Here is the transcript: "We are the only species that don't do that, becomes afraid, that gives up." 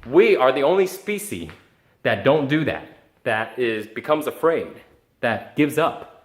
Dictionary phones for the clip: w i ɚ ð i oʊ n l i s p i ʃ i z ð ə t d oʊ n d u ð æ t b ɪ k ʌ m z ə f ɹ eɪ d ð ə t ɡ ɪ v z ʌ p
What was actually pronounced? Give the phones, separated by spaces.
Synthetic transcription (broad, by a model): w i ɚ ð i oʊ n l i s p i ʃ i ð ə t d oʊ n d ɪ ð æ t b ɪ k ʌ m z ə f ɹ eɪ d ð ə t ɡ ɪ v z ʌ p